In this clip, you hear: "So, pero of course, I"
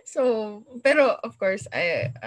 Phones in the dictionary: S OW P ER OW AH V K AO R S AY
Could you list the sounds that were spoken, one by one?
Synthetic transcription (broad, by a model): S OW B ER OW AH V K AO R S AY